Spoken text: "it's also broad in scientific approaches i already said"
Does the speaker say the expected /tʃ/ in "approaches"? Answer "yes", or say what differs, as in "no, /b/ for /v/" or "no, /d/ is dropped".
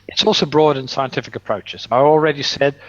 yes